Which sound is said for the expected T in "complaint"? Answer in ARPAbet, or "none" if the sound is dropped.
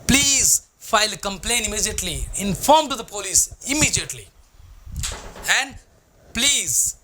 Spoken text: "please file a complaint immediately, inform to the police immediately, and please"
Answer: none